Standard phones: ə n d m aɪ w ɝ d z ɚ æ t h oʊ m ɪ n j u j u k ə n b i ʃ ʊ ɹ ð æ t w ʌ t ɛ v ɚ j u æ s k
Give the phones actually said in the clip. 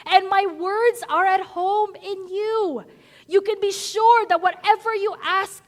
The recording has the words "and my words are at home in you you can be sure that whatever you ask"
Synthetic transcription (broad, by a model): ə n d m aɪ w ɝ d z ɚ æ t h oʊ m ɪ n j u j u k ə n b i ʃ ʊ ɹ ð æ t w ʌ t ɛ v ɚ j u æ s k